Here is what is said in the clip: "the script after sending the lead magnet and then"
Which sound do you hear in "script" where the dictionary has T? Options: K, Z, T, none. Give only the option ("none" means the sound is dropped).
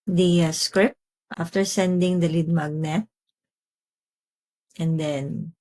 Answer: T